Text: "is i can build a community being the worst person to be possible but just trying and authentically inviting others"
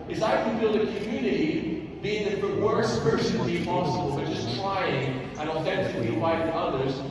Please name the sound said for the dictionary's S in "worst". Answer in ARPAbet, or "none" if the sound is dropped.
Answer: none